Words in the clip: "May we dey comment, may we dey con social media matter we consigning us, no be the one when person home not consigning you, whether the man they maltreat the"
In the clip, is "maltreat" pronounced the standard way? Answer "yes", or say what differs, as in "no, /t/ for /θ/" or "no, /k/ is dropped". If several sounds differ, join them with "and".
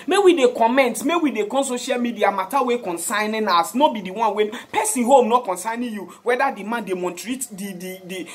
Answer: no, /n/ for /l/